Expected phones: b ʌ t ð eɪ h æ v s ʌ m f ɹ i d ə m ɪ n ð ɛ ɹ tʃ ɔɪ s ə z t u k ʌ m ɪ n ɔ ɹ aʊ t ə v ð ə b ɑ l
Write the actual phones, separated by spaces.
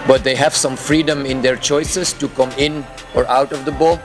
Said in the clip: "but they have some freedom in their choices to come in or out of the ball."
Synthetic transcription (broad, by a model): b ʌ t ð eɪ h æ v s ʌ m f ɹ i d ə m ɪ n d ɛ ɹ tʃ ɔɪ s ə s t u k ʌ m ɪ n ɔ ɹ aʊ t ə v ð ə b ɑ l